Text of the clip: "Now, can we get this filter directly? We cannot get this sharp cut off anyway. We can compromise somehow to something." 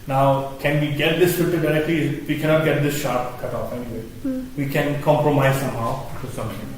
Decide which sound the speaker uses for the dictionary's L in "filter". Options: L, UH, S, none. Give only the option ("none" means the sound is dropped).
none